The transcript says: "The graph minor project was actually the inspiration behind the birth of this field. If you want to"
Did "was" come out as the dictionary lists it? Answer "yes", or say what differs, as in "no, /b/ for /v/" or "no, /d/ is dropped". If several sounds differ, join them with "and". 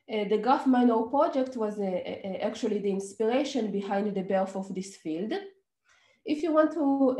yes